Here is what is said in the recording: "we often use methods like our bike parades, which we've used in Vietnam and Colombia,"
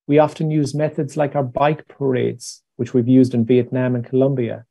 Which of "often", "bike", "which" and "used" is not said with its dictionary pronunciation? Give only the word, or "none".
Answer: none